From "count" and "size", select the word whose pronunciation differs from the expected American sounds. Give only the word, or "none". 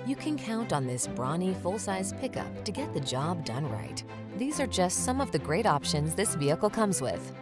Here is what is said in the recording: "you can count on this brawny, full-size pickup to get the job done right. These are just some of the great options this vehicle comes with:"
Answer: none